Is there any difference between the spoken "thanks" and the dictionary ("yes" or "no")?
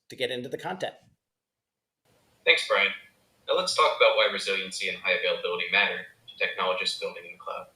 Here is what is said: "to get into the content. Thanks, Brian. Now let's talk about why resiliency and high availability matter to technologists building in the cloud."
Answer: no